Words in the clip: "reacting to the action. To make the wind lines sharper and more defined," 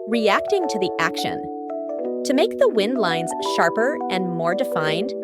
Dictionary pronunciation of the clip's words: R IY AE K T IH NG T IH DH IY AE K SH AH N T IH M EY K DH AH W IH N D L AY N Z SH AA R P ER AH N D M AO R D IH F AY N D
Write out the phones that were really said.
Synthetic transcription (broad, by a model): R IY AE K T IH NG T IH DH IY AE K SH AH N T IH M EY K DH AH W IH N D L AY N Z SH AA R P ER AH N M AO R D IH F AY N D